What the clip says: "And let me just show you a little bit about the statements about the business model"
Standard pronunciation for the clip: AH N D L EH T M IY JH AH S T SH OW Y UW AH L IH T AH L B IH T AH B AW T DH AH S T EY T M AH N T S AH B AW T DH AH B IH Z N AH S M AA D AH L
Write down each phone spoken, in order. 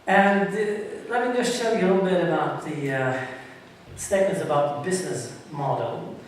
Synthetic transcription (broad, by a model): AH N L EH T M IY JH AH S T AH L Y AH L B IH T AH B AW T DH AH S T EY T M AH N T S AH B AW T DH AH B IH Z N AH S M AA D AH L